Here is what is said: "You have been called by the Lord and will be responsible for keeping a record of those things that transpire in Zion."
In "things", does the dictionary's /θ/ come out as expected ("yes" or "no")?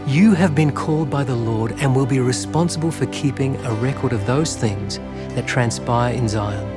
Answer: yes